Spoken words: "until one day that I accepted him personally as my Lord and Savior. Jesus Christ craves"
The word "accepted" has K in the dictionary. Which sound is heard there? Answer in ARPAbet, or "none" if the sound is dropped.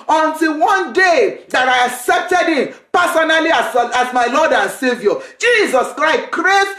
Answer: K